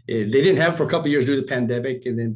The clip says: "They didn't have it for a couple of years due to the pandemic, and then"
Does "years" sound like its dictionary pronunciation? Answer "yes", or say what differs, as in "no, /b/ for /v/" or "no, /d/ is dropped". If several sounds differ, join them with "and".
yes